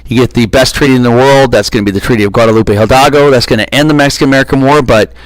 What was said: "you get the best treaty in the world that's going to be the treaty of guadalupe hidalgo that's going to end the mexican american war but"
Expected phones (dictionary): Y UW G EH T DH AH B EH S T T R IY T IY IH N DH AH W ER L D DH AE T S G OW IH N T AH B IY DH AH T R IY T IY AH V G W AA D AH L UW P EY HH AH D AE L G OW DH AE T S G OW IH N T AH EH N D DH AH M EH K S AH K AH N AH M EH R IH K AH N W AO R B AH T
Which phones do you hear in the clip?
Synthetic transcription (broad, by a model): Y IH G EH T DH AH B EH S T T R IY T IY IH N DH AH W ER L D DH AE T S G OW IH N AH B IY DH AH T R IY T IY AH V G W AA D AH L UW P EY HH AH D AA G OW DH AE T S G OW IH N T EH N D DH AH M EH K S AH K AH N AH M EH R IH K AH N W AO R B AH T